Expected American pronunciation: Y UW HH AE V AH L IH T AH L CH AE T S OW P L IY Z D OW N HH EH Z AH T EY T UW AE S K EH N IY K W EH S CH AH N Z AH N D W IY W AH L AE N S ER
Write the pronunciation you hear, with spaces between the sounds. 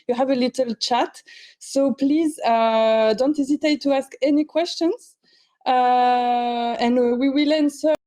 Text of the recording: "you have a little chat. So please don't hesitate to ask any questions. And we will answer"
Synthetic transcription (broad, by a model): Y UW HH AE V AH L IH T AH L CH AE T S OW P L IY Z D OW N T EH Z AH T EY T UW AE S K EH N IY K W EH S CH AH N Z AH N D W IY W AH L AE N S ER